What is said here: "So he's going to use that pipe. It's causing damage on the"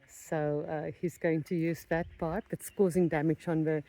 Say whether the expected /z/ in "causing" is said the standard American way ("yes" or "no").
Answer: yes